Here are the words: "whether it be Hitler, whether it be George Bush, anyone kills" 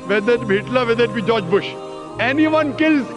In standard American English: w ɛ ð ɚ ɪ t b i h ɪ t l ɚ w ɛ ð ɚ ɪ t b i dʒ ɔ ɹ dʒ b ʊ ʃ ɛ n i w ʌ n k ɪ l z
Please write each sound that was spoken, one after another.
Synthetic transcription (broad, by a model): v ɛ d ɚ ɪ t b i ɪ t l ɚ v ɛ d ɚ ɪ t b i dʒ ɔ dʒ b ʊ ʃ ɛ n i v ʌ n k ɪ l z